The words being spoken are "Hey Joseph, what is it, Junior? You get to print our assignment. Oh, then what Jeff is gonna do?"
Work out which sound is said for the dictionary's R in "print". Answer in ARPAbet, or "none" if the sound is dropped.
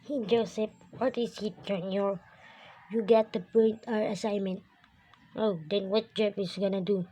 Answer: none